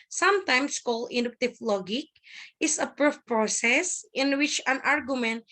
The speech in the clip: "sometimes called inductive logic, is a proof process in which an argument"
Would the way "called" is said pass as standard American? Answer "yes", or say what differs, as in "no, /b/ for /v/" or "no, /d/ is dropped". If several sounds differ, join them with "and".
no, /d/ is dropped